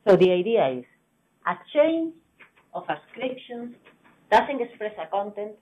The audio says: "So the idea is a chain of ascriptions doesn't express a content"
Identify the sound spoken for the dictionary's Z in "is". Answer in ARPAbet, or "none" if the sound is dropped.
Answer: S